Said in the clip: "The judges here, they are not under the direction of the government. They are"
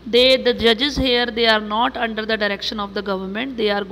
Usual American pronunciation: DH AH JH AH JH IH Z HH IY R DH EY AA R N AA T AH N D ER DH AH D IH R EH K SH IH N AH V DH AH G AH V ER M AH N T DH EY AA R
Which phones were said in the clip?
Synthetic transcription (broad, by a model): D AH JH AH JH IH Z HH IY R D EY AA R N AA T AH N D ER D AH D IH R EH K SH IH N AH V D AH G AH V ER M AH N T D EY AA R